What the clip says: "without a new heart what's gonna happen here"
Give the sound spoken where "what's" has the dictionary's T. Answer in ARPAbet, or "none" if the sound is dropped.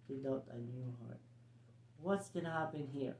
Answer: T